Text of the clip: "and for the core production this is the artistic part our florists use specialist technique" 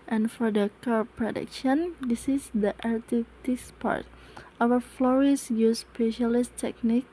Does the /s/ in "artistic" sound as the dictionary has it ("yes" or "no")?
no